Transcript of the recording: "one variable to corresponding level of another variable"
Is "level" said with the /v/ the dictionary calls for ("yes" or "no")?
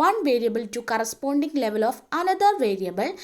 yes